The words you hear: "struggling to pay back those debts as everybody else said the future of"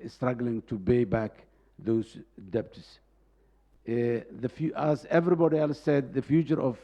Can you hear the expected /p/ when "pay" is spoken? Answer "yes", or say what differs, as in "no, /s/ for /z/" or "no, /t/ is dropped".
no, /b/ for /p/